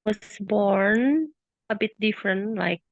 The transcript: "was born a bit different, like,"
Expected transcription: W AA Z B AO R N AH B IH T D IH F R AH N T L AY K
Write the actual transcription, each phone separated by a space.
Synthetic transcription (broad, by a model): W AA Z B AO R N AH B IH T D IH F R AH N T L AY K